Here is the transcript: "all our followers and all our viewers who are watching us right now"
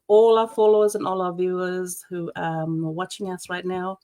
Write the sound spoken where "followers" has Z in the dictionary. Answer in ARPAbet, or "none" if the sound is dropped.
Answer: Z